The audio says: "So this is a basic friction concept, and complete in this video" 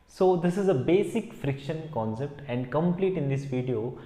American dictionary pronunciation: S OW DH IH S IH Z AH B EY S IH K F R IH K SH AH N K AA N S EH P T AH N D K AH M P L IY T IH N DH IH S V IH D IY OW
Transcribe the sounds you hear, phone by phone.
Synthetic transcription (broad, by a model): S OW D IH S IH Z AH B EY S IH K F R IH K SH AH N K AA N S EH P T AH N D K AH M P L IY T IH N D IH S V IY D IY OW